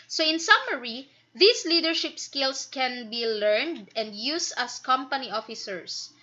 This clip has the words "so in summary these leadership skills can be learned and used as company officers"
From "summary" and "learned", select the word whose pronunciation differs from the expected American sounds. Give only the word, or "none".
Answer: none